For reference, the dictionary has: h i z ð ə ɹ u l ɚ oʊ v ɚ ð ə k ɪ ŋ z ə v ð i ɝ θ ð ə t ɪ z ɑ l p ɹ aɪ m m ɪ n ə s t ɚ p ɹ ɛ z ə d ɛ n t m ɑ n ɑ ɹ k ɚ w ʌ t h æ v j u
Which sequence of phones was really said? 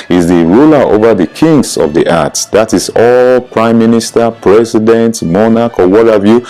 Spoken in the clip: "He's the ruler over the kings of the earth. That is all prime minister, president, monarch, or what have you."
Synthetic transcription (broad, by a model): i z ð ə ɹ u l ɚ oʊ v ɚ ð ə k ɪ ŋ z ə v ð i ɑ t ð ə t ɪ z ɑ l p ɹ aɪ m m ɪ n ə s t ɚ p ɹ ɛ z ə d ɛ n t m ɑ n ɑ k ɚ w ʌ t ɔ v j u